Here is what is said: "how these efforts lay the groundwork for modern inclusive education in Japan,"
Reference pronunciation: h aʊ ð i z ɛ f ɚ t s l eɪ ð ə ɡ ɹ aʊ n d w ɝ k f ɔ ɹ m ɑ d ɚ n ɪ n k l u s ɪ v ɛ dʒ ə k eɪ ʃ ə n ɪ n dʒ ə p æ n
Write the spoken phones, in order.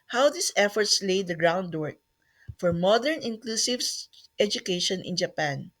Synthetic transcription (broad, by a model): h aʊ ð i s ɛ f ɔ t s l eɪ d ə ɡ ɹ aʊ n d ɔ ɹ f ɔ ɹ m ɑ d ɚ n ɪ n k l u s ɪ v ɛ dʒ ə k eɪ ʃ ə n ɪ n dʒ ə p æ n